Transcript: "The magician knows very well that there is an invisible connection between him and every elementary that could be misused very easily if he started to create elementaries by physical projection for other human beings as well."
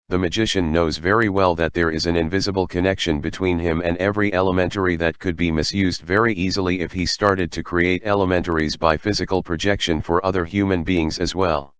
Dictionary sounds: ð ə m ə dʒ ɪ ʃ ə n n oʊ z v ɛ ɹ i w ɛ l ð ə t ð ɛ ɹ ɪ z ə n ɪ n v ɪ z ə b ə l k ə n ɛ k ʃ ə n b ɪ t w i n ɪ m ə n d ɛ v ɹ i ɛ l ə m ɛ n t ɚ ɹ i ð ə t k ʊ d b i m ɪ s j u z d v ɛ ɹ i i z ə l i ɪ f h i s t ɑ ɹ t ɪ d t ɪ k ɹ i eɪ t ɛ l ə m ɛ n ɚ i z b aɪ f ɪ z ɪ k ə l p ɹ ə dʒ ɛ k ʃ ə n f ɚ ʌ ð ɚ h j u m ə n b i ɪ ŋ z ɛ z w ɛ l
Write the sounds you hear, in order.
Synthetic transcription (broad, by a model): ð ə m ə dʒ ɪ ʃ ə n n oʊ z v ɛ ɹ i w ɛ l ð ə t ð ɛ ɹ ɪ z ə n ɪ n v ɪ z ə b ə l k ə n ɛ k ʃ ə n b ɪ t w i n ɪ m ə n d ɛ v ɹ i ɛ l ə m ɛ n t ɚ ɹ i ð ə t k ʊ d b i m ɪ s j u z d v ɛ ɹ i i z ə l i ɪ f h i s t ɑ ɹ t ɪ d t ɪ k ɹ i eɪ t ɛ l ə m ɛ n ɚ i z b aɪ f ɪ z ɪ k ə l p ɹ ə dʒ ɛ k ʃ ə n f ɚ ʌ ð ɚ h j u m ə n b i ɪ ŋ z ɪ z w ɛ l